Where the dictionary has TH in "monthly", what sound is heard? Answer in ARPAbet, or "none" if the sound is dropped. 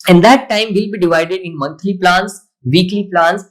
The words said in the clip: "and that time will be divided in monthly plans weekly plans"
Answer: T